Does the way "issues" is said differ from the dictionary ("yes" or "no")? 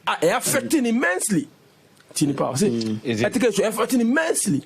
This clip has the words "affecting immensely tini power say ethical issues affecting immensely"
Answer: yes